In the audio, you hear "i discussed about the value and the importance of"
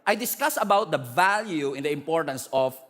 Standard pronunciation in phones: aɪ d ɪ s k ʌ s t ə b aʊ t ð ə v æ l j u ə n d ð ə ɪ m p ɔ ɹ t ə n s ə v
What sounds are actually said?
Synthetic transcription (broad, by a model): aɪ d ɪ s k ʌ s ə b aʊ t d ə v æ l j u ə n d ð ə ɪ m p ɔ ɹ t ə n s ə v